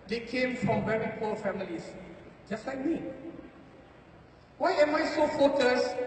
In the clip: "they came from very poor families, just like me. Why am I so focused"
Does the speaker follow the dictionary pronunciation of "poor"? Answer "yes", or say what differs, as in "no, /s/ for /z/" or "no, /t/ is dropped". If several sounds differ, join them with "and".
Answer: no, /l/ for /ɹ/